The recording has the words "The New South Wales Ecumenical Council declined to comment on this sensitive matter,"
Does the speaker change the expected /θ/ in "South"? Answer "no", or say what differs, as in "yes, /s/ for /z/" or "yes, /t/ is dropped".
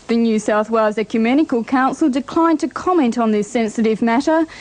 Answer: no